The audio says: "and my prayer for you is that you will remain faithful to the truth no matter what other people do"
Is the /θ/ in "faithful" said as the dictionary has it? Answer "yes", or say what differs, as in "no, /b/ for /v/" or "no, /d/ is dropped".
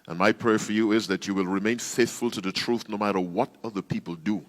yes